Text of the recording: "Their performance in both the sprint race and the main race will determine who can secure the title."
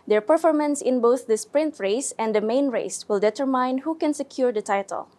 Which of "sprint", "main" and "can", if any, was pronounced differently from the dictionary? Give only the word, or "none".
none